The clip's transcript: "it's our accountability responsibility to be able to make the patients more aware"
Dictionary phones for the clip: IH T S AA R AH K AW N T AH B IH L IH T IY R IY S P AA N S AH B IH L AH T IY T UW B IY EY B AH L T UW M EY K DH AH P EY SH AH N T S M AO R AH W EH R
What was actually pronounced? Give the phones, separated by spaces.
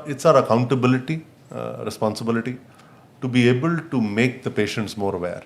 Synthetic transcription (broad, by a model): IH T S AA R AH K AW N T AH B IH L IH T IY R IY S P AA N S AH B IH L AH T IY T UW B IY EY B AH L T UW M EY K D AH P EY SH AH N T S M AO R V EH R